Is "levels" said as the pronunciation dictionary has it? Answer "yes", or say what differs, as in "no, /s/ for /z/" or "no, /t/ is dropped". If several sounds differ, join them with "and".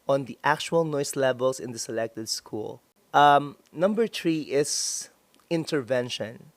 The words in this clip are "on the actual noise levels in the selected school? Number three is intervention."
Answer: no, /s/ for /z/